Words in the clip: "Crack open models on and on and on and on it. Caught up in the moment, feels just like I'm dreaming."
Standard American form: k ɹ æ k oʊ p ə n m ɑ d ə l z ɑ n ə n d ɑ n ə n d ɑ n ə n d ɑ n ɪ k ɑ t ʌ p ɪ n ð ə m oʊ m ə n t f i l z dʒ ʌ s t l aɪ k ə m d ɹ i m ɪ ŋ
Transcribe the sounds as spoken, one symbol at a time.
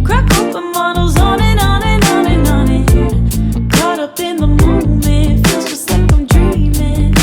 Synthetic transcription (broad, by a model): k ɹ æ k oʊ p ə m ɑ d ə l z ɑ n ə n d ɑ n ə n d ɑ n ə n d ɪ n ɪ k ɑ t ʌ p ɪ n ð ə m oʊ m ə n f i z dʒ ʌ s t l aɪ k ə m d ɹ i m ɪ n